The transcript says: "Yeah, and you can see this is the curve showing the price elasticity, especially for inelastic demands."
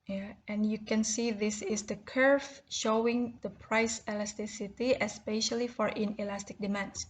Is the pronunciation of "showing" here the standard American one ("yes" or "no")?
yes